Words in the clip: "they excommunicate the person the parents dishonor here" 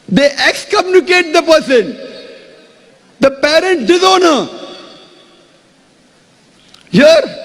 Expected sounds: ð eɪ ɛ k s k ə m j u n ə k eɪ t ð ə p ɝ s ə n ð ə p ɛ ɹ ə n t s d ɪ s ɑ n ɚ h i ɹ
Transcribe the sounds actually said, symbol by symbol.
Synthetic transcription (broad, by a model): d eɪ ɛ k s k ə m j u n ə k eɪ t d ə p ɝ s ə n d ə p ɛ ɹ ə n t d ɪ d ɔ n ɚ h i ɹ